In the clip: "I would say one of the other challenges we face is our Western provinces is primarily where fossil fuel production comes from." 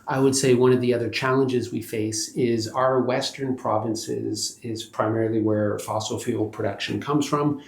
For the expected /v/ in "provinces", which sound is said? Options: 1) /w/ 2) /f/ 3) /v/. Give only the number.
3